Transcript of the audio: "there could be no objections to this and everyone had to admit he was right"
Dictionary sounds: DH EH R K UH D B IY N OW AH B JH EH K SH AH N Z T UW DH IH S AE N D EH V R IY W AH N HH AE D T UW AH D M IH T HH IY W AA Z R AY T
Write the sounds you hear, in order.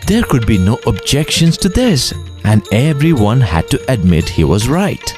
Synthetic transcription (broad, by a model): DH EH R K UH D B IY N OW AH B JH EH K SH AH N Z T UW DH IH S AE N D EH V R IY W AH N HH AE D T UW AH D M IH T HH IY W AA Z R AY T